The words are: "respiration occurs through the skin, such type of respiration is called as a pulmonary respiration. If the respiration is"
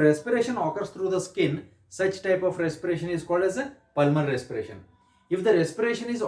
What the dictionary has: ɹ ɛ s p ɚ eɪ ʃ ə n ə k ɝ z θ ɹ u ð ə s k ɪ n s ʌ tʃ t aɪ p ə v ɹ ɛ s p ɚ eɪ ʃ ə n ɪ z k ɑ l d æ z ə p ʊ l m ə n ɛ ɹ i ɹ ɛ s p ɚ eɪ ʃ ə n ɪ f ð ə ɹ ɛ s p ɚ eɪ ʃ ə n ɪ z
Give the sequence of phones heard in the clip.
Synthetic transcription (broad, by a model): ɹ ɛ s p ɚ eɪ ʃ ə n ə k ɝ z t ɹ u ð ə s k ɪ n s ʌ tʃ t aɪ p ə f ɹ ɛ s p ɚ eɪ ʃ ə n ɪ z k ɑ l d æ z ə p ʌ l m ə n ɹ ɹ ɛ s p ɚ eɪ ʃ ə n ɪ f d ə ɹ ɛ s p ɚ eɪ ʃ ə n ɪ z